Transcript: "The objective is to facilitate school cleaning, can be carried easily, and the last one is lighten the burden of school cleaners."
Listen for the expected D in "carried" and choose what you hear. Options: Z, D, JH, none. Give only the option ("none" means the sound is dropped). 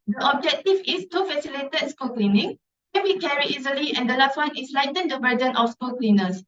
none